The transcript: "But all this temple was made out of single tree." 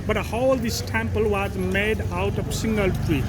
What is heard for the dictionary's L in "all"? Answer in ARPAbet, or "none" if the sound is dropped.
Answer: L